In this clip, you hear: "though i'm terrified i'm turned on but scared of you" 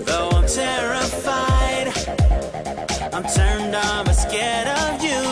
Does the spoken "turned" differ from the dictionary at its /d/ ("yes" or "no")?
no